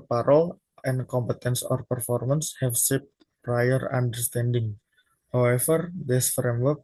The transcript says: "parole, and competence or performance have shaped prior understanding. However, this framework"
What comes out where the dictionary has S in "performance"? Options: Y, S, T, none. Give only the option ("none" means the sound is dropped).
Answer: S